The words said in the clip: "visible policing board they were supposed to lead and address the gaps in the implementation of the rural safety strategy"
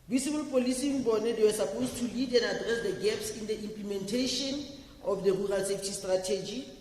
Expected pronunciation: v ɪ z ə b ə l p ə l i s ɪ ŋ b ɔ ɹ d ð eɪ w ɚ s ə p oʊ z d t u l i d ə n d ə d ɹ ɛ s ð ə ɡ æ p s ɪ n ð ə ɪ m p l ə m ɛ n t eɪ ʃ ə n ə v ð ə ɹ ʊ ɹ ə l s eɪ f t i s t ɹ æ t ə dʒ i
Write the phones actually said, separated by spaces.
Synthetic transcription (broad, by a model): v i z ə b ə l p ə l i s ɪ ŋ b ɔ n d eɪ w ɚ s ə p oʊ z t u l i d ə n d ə d ɹ ɛ s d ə ɡ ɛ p s ɪ n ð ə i m p l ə m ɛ n t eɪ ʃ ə n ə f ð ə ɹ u ɹ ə l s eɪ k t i s t ɹ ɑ t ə dʒ i